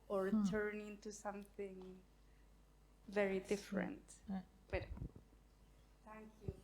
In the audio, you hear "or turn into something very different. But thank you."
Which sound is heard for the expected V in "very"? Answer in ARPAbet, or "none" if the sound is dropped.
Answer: V